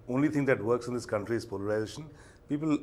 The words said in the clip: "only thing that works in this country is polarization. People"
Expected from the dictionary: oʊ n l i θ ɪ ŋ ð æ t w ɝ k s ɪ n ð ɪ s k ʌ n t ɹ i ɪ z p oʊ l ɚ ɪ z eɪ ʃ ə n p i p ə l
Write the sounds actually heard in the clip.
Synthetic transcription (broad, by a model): oʊ n l i t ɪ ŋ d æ t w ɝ k s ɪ n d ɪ s k ʌ n t ɹ i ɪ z p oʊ l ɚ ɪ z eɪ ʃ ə n p i p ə l